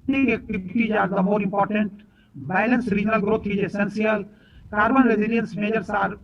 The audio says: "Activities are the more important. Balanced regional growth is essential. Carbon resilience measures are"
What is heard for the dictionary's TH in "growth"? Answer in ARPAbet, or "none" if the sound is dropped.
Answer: T